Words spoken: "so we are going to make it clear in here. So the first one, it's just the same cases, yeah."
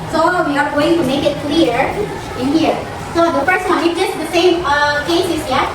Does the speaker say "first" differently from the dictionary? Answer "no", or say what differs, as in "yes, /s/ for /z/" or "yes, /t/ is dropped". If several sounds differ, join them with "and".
yes, /p/ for /f/